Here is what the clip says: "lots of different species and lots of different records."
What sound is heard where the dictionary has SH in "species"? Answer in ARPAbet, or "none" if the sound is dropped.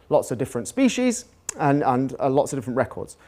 SH